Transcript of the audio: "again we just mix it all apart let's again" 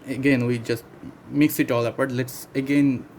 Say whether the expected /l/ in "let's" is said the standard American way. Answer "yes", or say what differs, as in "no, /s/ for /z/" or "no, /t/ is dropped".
yes